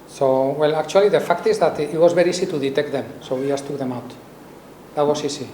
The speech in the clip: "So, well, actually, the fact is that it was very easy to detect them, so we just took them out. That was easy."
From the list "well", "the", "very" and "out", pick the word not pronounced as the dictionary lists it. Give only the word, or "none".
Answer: very